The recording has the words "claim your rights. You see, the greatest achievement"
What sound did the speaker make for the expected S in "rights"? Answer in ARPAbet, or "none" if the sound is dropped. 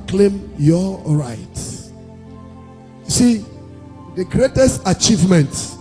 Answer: none